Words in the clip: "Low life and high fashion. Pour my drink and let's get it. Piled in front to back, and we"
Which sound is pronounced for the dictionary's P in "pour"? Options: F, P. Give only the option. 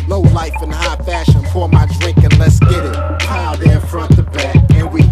F